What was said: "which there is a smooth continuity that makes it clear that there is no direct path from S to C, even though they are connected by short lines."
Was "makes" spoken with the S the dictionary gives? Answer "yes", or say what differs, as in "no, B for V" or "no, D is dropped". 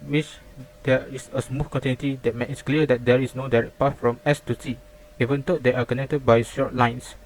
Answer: no, S is dropped